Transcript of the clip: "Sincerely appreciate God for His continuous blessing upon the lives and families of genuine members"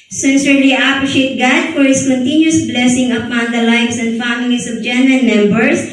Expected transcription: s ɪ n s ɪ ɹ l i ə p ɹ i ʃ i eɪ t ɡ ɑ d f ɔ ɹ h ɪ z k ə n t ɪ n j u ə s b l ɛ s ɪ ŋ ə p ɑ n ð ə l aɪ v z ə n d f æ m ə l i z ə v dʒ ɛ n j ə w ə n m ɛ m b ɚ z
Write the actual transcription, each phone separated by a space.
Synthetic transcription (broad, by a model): s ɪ n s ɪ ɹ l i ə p ɹ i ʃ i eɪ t ɡ ɑ d f ɔ ɹ h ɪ s k ə n t ɪ n j u ə s b l ɛ s ɪ ŋ ə p ɑ n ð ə l aɪ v s ə n d f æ m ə l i s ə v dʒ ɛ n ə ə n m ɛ m b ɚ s